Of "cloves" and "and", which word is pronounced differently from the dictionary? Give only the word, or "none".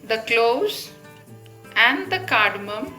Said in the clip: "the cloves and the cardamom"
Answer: cloves